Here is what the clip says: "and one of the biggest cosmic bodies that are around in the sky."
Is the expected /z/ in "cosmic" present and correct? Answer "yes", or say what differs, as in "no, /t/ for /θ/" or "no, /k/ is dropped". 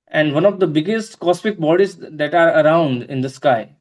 no, /s/ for /z/